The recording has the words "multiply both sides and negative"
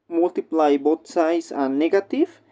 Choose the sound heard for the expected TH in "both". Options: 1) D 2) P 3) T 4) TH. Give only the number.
3